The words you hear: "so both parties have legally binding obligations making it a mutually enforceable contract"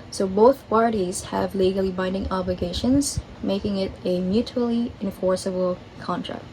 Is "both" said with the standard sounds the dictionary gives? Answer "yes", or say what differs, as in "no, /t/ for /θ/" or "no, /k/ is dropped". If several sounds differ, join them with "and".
yes